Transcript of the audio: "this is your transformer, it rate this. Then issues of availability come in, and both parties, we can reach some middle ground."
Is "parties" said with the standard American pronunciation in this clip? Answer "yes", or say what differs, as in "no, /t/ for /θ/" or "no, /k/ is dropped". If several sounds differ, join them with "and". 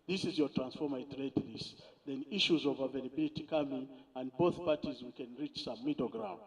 yes